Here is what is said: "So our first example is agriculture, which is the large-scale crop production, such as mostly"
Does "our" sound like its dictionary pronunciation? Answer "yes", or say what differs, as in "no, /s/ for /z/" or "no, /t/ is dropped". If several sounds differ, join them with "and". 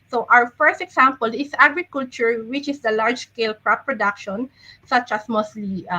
no, /w/ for /ɹ/